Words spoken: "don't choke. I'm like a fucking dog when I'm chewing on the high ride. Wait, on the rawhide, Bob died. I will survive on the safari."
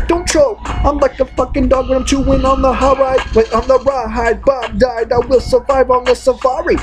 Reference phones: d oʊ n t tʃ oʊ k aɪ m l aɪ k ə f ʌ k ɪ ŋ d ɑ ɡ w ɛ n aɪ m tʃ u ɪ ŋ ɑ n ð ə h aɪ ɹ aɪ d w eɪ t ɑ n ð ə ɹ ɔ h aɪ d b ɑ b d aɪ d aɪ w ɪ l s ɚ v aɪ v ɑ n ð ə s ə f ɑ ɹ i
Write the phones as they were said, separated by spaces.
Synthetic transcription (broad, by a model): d oʊ n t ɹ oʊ aɪ m l aɪ k ə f ʌ k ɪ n d ɑ ɡ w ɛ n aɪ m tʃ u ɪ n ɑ n ð ə h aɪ ɹ aɪ d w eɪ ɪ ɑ n ð ə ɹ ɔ h aɪ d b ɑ d aɪ d aɪ w ɪ l s ɚ v aɪ v n ð ə s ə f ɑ ɹ i